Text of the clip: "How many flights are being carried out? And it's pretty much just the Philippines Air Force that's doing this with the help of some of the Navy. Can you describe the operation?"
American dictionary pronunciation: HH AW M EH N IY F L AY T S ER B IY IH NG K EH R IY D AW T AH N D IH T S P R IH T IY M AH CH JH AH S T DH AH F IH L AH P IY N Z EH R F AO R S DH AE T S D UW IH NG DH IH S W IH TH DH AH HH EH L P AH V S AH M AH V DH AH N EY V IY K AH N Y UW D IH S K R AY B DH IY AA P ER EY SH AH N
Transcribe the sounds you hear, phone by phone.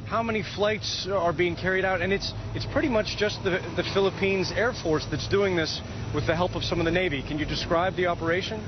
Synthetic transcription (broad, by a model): HH AW M EH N IY F L AY T S ER B IY IH NG K EH R IY D AW T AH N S IH T S P R IH T IY M AH CH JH AH S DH DH AH F IH L AH P IY N Z EH R F AO R S DH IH T S D UW IH NG DH IH S W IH DH AH HH EH L P AH V S AH M AH V DH AH N EY V IY K AH N Y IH D IH S K R AY B DH IY AA P ER EY SH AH N